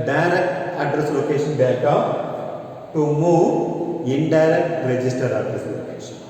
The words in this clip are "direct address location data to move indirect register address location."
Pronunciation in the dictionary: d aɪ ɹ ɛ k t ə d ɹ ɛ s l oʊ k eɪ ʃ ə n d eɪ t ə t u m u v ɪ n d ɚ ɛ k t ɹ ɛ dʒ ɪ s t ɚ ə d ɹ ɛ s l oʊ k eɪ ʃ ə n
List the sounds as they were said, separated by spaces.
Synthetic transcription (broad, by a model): d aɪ ɹ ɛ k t ə d ɹ ɛ s l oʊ k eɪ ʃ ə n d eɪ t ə t u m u ɪ n d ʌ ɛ k t ɹ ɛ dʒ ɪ s t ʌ ə d ɹ ɛ s l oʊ k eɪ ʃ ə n